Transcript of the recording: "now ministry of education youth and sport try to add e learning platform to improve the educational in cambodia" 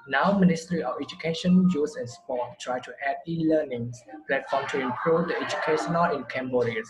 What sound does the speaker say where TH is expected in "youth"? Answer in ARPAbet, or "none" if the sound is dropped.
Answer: S